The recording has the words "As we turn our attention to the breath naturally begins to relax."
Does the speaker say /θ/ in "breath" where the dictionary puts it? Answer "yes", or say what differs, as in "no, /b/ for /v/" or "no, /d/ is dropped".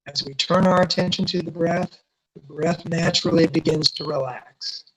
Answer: yes